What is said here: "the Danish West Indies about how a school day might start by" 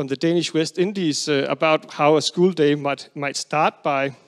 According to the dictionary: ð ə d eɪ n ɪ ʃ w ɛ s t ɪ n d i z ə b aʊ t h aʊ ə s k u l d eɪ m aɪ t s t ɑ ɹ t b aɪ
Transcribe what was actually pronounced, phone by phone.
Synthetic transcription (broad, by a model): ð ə d eɪ n ɪ ʃ w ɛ s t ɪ n d i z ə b aʊ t h aʊ ə s k u l d eɪ m aɪ t s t ɑ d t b aɪ